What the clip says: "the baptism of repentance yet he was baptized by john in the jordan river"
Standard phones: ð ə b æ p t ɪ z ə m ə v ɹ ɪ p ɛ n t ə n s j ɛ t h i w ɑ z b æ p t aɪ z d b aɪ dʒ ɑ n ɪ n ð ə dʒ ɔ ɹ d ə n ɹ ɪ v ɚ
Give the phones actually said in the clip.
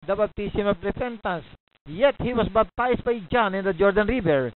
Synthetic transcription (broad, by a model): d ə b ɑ b t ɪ s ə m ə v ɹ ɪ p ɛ n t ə n s j ɛ t h i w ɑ s b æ b t aɪ s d b aɪ dʒ ɑ n ɪ n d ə dʒ ɔ ɹ d ə n ɹ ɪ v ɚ